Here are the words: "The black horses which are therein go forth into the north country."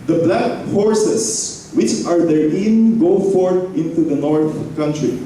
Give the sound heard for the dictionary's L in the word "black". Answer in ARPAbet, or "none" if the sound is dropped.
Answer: L